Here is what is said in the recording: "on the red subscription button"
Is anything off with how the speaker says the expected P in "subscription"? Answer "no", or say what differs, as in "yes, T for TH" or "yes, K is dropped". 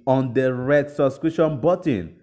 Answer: yes, P is dropped